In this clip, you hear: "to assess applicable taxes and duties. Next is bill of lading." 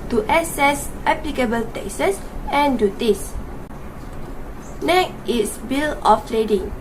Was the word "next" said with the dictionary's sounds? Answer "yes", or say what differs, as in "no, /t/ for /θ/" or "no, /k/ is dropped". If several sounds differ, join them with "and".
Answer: no, /s/ is dropped